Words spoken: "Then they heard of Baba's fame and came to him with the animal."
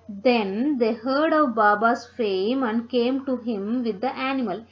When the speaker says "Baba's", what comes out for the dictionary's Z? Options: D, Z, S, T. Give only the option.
S